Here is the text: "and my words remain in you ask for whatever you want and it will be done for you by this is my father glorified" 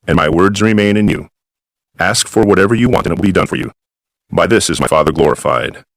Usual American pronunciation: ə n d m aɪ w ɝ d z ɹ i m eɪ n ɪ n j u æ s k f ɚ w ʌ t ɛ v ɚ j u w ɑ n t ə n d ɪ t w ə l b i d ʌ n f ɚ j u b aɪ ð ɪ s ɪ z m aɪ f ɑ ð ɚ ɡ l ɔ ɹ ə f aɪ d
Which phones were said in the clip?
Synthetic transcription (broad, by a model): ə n m aɪ w ɝ d z ɹ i m eɪ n ɪ n j u æ s k f ɚ w ʌ t ɛ v ɚ j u w ɑ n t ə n ɪ t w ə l b i d ʌ n f ɚ j u b aɪ ð ɪ s ɪ z m aɪ f ɑ ð ɚ ɡ l ɔ ɹ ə f aɪ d